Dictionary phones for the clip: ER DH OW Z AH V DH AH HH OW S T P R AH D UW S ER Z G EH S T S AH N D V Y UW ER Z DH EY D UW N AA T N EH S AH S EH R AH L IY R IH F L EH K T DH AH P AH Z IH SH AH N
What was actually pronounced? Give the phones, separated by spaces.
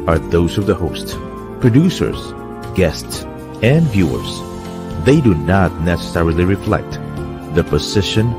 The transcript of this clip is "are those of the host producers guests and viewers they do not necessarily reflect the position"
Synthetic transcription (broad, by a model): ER DH OW Z AH V DH AH HH OW S T P R AH D UW S ER Z G EH S T S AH N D V Y UW ER Z DH EY D UW N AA T N EH S AH S EH R AH L IY R IH F L EH K T DH AH P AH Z IH SH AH N